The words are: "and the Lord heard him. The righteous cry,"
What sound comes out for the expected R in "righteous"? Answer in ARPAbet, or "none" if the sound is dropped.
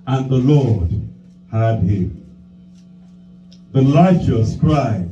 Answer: L